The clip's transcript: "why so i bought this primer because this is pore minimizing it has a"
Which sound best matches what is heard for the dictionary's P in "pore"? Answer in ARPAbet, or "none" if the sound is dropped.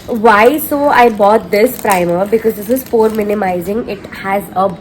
F